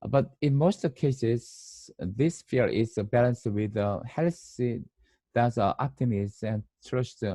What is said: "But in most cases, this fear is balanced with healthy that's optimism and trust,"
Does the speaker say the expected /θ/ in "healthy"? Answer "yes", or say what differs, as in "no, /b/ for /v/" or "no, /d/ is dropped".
no, /s/ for /θ/